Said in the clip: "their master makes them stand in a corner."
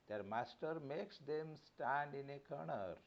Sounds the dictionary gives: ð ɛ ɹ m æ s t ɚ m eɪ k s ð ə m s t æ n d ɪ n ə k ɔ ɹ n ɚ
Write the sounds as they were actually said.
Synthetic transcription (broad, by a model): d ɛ ɹ m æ s t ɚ m eɪ k s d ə m s t æ n d ɪ n ə k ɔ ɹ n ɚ